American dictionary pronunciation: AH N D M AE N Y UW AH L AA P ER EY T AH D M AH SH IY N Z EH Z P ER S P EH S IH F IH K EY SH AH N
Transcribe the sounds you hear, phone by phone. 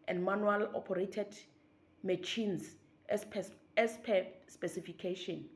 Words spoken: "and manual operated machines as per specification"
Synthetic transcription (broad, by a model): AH N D M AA N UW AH L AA P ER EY T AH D M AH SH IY N S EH S P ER S P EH S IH F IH K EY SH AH N